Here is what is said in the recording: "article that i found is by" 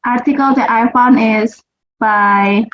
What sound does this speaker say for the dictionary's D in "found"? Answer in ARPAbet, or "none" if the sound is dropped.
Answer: none